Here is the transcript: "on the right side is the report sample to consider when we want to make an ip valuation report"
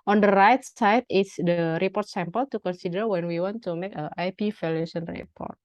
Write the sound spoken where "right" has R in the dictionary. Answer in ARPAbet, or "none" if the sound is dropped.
R